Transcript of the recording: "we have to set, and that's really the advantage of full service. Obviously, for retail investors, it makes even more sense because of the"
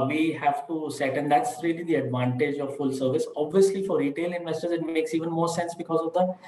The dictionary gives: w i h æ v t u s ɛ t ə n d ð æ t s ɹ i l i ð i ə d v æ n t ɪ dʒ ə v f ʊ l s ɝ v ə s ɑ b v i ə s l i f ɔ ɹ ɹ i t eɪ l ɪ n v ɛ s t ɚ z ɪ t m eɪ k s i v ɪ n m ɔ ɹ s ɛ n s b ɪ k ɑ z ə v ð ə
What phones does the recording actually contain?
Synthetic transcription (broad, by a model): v i h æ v t u s ɛ t ə n d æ t s ɹ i l i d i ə d v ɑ n t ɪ dʒ ə v f ʊ l s ɝ v ə s ɑ b v i ə s l i f ɔ ɹ ɹ i t eɪ l ɪ n v ɛ s t ɚ z ɪ t m eɪ k s i v ɪ n m ɔ ɹ s ɛ n s b ɪ k ɑ z ə v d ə